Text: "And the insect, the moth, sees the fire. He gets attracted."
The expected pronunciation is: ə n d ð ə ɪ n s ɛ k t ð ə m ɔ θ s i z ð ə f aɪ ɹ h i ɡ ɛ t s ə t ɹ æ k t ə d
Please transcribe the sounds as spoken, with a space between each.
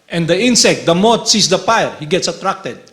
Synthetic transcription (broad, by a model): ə n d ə ɪ n s ɛ k t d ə m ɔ t s i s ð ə p aɪ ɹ h i ɡ ɛ t s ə t ɹ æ k t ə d